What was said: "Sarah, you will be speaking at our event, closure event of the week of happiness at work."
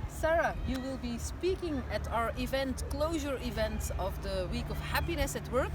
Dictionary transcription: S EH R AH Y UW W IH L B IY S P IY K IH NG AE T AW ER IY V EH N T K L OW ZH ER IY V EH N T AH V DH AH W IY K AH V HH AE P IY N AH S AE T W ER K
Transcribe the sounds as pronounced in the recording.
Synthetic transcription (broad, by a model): S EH R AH Y UW W IH L B IY S P IY K IH NG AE T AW ER IY V EH N T K L OW ZH ER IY V EH N T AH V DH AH W IY K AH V HH AE P IY N AH S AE T W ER K